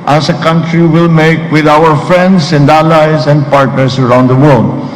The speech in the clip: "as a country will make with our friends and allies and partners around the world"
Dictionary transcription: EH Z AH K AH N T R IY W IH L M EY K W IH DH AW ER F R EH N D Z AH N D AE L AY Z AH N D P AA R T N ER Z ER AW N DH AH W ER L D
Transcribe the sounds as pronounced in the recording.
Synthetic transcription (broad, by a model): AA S AH K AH N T R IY W IH L M EY K W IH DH AW ER F R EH N D S AH N D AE L AY S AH N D P AA R T N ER S ER AW N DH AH W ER L D